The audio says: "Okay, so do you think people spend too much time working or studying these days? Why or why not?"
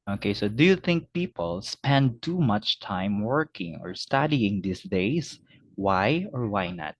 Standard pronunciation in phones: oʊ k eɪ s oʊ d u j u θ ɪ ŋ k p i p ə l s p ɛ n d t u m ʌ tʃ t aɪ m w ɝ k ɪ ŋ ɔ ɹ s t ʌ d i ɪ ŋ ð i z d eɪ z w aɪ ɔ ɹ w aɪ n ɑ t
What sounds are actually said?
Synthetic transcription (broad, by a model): oʊ k eɪ s oʊ d u j u θ ɪ ŋ k p i p ə l s p ɛ n d t u m ʌ tʃ t aɪ m w ɝ k ɪ ŋ ɔ ɹ s t ʌ d i ɪ ŋ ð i s d eɪ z w aɪ ɔ ɹ w aɪ n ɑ t